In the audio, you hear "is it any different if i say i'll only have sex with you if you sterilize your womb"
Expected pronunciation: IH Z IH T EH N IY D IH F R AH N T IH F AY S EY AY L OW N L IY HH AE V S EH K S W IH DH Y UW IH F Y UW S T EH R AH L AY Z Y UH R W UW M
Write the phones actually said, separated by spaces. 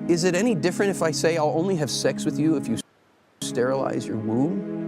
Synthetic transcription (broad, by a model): IH Z IH T EH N IY D IH F R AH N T IH F AY S EY AY L OW N L IY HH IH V S EH K S W IH DH Y UW IH F Y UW S T EH R AH L AY Z Y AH R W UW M